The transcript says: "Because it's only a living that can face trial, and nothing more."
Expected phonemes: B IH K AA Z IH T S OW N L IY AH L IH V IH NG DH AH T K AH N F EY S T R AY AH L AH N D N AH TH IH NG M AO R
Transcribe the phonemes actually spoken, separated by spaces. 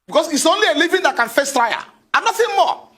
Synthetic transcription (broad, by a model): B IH K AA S IH T S OW N L IY AH L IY V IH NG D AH T K AH N F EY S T R AY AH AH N N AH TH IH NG M AO